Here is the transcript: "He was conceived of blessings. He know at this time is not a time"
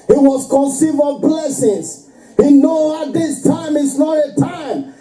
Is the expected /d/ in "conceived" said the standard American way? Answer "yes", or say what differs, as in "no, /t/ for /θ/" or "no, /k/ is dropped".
no, /d/ is dropped